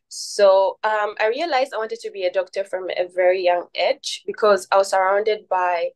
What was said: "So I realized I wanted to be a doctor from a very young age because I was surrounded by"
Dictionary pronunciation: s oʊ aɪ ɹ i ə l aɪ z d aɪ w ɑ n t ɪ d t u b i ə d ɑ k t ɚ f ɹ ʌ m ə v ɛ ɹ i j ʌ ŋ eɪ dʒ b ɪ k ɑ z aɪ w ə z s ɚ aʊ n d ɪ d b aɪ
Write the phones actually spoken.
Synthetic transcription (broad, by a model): s oʊ aɪ ɹ i ə l aɪ z d aɪ w ɑ n t ɪ d t u b i ə d ɑ k t ɚ f ɹ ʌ m ə v ɛ ɹ i j ʌ ŋ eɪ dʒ b ɪ k ɑ z aɪ w ə z s ɚ aʊ n d ɪ d b aɪ